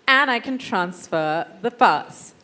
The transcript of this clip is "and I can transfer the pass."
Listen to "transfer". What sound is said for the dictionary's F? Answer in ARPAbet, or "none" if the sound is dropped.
F